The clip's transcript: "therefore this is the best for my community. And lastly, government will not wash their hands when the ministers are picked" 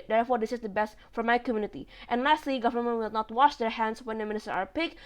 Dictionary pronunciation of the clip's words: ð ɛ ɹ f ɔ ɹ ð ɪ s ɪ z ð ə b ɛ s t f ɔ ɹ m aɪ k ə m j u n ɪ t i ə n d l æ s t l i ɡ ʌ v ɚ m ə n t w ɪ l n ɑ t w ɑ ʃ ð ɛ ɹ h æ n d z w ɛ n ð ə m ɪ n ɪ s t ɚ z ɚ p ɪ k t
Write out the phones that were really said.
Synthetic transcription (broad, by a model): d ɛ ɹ f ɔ ɹ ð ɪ s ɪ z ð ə b ɛ s t f ɔ ɹ m aɪ k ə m j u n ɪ t i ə n l æ s t l i ɡ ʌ v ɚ m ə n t w ɪ l n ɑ t w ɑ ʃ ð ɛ ɹ h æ n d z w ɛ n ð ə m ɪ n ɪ s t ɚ ɚ p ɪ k